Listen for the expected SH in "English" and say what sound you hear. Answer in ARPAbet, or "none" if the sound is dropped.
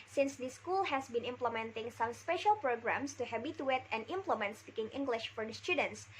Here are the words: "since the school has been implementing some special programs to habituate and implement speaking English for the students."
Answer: SH